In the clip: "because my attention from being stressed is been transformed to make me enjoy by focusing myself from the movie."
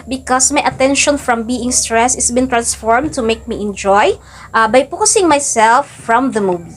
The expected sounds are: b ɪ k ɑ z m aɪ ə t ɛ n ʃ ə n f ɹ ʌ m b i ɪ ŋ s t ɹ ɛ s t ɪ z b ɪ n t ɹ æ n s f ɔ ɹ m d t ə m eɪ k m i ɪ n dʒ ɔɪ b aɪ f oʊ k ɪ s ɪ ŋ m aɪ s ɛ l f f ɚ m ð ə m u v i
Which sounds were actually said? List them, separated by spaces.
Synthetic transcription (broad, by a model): b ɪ k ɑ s m aɪ ə t ɛ n ʃ ə n f ɹ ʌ m b i ɪ ŋ s t ɹ ɛ s ɪ s b ɪ n t ɹ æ n s f ɔ ɹ m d t ə m eɪ k m i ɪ n dʒ ɔɪ b aɪ p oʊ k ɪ s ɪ ŋ m aɪ s ɛ l f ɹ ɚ m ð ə m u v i